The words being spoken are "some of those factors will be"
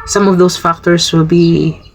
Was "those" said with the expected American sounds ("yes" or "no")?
no